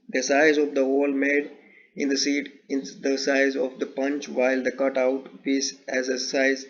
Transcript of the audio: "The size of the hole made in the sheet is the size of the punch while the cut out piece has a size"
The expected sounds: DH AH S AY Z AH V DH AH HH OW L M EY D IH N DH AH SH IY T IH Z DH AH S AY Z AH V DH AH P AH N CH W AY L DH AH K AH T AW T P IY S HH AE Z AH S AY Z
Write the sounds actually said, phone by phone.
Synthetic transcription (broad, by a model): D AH S AY Z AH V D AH HH OW L M EY D IH N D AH S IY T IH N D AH S AY Z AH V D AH P AH N CH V AY L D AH K AH T AW T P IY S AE Z AH S AY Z